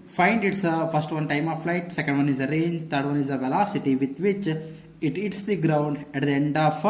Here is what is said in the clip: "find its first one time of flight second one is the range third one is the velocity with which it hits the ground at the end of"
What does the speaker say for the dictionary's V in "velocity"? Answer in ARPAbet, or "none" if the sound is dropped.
V